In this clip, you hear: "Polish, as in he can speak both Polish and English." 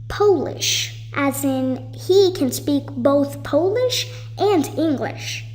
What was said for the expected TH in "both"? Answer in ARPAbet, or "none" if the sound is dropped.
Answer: TH